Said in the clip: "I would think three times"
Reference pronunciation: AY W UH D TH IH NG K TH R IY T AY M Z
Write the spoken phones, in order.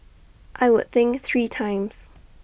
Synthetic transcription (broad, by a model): AY W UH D TH IH NG K TH R IY T AY M Z